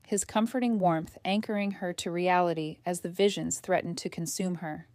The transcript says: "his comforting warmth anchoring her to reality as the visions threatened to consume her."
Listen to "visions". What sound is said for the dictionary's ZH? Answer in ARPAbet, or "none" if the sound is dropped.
ZH